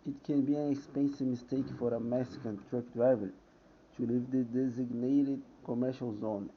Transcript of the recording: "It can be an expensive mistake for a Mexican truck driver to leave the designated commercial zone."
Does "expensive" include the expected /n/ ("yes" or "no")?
yes